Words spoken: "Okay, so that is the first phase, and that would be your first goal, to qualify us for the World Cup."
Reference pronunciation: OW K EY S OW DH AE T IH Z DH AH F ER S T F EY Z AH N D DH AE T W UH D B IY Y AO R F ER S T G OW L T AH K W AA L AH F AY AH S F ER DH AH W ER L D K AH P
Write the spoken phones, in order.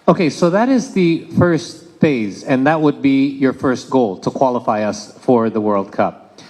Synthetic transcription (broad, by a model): OW K EY S OW DH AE T IH Z DH AH F ER S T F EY Z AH N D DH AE T W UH D B IY Y AO R F ER S T G OW L T AH K W AA L AH F AY AH S F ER DH AH W ER L D K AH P